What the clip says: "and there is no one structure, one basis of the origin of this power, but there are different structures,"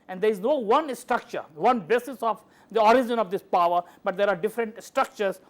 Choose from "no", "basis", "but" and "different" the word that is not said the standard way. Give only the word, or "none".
none